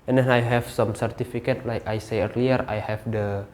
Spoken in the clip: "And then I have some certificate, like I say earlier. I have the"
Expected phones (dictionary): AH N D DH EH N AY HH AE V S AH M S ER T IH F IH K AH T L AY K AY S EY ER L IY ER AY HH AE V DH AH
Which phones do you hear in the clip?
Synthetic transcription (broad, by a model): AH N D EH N AY HH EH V S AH M S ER T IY F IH K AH T L AY K AY S EY ER L IY ER AY HH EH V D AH